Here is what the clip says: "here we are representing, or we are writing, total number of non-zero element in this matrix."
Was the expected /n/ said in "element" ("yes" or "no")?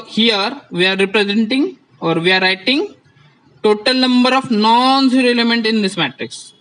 yes